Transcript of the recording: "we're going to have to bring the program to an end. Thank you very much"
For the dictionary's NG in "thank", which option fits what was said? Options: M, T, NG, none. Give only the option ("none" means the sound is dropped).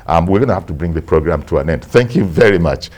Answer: NG